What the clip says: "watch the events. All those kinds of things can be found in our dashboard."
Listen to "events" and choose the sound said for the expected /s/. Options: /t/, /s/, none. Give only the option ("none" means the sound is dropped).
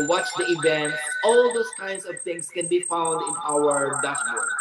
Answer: none